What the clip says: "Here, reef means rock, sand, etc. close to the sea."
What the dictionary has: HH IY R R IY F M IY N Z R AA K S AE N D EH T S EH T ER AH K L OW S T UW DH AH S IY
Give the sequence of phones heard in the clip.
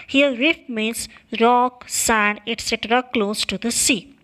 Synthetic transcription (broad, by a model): HH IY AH R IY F M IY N S R AA K S AE N D EH T S EH T ER AH K L OW S T UW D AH S IY